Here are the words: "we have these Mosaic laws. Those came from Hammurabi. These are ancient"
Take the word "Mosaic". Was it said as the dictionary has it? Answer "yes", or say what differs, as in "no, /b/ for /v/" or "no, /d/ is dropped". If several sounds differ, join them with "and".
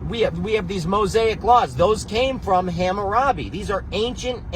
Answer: yes